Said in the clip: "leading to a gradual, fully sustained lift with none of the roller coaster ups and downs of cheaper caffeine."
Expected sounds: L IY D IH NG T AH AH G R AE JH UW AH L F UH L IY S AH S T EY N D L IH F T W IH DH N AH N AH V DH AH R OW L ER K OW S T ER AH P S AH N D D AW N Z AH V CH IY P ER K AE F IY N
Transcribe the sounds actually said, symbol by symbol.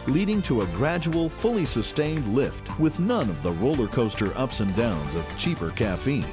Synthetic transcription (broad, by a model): L IY D IH NG T AH AH G R AE JH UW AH L F UH L IY S AH S T EY N D L IH F T W IH DH N AH N AH V DH AH R OW L ER K OW S T ER AH P S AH N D D AW N Z AH V CH IY P ER K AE F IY N